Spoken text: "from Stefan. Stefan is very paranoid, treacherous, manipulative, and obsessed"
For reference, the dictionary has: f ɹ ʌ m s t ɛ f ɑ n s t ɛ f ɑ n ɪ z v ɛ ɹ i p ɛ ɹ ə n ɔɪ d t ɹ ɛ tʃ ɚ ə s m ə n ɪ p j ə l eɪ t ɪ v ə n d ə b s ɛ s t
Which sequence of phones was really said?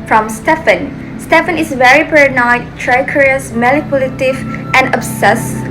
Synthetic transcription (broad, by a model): f ɹ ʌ m s t ɛ f ɑ n s t ɛ f ɑ n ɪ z v ɛ ɹ i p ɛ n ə ɪ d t ɹ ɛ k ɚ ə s m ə l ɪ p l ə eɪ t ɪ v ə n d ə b s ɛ s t